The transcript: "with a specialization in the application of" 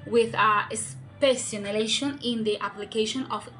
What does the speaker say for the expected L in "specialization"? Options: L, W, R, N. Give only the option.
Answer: N